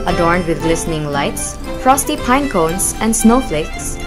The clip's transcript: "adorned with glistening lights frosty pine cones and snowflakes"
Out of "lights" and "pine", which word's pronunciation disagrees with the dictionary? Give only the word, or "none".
none